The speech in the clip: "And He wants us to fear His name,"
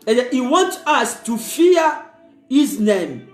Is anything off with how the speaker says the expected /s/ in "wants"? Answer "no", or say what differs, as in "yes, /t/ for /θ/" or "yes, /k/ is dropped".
yes, /s/ is dropped